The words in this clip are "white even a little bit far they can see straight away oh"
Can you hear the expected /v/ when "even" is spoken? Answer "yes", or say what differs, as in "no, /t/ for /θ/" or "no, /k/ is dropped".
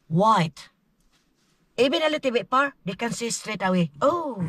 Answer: no, /b/ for /v/